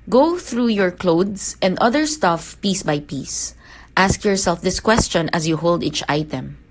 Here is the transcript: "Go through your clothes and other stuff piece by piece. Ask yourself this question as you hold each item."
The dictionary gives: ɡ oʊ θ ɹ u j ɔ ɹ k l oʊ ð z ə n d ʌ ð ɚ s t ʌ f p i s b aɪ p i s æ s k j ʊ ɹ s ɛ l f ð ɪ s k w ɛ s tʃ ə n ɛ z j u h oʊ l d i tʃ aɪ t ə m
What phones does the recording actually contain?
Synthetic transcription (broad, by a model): ɡ oʊ θ ɹ u j ɔ ɹ k l oʊ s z ə n d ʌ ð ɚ s t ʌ f p i s b aɪ p i s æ s k j ʊ ɹ s ɛ l f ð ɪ s k w ɛ s tʃ ə n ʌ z j u h oʊ l d i tʃ aɪ t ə m